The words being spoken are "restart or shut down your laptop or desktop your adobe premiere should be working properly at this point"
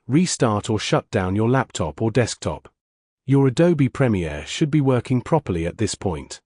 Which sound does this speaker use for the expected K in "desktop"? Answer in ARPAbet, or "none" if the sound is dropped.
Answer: K